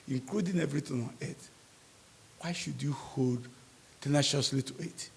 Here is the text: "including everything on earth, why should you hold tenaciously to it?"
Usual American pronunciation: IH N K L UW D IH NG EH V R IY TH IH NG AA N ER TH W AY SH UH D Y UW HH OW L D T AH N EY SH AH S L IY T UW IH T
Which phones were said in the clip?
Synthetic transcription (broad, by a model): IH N K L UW D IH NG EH V R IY T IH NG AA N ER T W AY SH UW D Y UW HH OW L D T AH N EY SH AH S L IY T UW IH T